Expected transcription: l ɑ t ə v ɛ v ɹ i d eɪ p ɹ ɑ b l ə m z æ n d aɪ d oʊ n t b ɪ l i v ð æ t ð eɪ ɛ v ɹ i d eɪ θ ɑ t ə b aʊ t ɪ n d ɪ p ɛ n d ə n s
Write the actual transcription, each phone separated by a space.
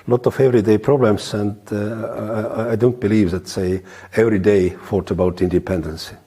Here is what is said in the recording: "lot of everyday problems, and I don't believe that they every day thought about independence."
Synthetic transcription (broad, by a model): l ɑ t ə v ɛ v ɹ i d eɪ p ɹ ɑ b l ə m s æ n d aɪ d oʊ n t b ɪ l i v ð æ t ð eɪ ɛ v ɹ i d eɪ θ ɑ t ə b aʊ t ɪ n d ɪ p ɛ n d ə n s